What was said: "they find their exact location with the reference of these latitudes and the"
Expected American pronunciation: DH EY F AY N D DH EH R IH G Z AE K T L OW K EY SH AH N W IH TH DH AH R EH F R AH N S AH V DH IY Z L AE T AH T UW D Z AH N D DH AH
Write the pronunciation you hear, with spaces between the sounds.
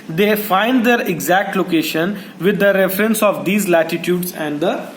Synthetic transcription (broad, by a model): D EY F AY N D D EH R IH G Z AE K T L OW K EY SH AH N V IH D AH R EH F R AH N S AH V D IY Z L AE T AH T UW D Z AH N D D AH